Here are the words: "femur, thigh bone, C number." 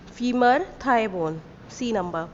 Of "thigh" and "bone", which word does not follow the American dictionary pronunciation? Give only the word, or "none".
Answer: thigh